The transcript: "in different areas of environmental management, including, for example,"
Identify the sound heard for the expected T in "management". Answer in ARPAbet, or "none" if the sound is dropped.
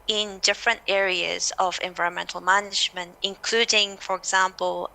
T